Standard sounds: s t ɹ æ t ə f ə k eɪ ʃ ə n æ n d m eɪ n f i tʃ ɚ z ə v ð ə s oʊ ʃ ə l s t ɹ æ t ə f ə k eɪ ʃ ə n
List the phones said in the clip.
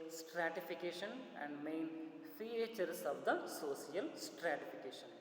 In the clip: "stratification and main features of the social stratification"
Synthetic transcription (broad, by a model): s t ɹ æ t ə f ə k eɪ ʃ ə n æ n d m eɪ n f i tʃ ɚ s ə v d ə s oʊ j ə l s t ɹ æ t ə f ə k eɪ ʃ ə n